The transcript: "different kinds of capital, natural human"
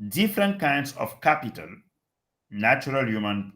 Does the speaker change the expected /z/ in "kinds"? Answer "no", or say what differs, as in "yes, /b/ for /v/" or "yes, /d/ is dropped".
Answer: yes, /s/ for /z/